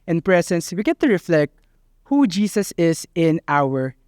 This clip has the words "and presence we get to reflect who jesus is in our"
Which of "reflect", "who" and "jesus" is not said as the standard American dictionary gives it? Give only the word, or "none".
jesus